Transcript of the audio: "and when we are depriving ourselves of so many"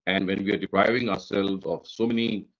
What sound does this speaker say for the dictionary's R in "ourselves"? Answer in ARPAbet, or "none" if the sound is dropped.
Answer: R